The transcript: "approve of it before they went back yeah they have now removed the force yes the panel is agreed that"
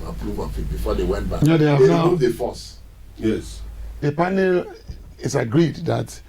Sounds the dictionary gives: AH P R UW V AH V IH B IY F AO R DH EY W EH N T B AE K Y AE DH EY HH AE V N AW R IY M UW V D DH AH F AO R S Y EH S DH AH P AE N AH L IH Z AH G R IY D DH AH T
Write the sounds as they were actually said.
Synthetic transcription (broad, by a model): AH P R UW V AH F IH B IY F AO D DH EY W EH N T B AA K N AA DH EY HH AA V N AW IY UW D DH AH F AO S Y EH S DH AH P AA N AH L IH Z AH G R IY D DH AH T